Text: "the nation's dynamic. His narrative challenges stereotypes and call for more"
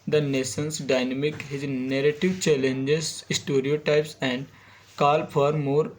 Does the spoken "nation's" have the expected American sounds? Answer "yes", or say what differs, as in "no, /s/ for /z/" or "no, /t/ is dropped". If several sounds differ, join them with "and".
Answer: no, /s/ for /ʃ/ and /s/ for /z/